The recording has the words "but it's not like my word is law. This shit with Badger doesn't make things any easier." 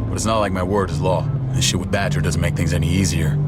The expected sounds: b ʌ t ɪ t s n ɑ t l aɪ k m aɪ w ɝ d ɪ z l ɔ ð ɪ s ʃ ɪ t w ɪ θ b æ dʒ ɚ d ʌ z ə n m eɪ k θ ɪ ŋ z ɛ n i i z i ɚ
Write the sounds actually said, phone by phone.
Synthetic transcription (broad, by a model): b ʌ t ɪ t s n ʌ t l aɪ k m aɪ w ɝ d ɪ z l ɔ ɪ ʃ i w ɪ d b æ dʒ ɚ d ʌ z n m eɪ k θ ɪ ŋ z ɛ n i i z i ɚ